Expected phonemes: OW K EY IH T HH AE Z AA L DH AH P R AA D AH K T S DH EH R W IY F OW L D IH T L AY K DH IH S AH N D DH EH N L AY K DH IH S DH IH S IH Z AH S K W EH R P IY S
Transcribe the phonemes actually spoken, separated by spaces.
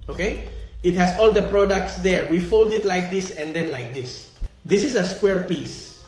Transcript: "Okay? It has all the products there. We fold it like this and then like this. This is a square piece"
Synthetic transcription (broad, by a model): OW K EY IH T HH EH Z AA L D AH P R AA D AH K T S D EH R W IY F OW L D IH T L AY K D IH S AH N D EH N L AY K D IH S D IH S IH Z AH S K W EH R P IY S